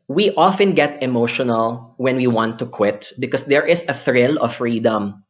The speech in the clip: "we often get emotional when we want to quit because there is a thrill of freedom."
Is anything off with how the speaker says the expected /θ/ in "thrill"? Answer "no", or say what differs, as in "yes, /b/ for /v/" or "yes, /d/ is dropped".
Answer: no